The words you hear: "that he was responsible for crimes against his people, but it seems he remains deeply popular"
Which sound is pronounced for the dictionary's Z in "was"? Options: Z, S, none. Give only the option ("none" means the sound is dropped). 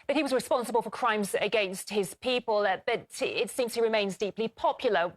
Z